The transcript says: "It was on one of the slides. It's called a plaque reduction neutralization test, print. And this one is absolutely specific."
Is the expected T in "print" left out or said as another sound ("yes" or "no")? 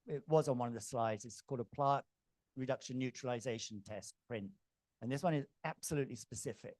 no